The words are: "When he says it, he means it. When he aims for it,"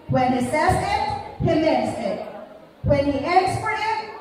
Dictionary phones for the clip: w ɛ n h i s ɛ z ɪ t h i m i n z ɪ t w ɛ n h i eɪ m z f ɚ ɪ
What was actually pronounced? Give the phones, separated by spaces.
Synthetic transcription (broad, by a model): w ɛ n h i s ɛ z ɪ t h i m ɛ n s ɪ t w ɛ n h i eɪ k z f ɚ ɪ